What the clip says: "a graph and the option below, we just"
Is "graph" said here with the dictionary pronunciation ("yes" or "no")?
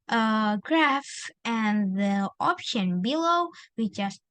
yes